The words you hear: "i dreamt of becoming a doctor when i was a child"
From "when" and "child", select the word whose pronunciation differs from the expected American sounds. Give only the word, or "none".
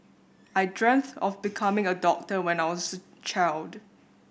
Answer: none